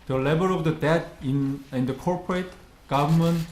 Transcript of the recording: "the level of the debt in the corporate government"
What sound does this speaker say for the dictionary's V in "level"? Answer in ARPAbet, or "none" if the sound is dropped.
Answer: B